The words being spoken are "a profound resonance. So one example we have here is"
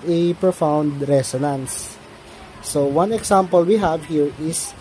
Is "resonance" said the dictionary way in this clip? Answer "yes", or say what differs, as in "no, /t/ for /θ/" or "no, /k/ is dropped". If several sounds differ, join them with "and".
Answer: no, /s/ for /z/